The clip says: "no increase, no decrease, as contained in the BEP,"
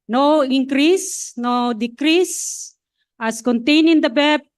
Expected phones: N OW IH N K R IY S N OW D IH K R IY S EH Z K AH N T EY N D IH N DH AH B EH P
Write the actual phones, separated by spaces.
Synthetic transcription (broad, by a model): N OW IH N K R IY S N OW D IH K R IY S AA S K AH N T EY N IH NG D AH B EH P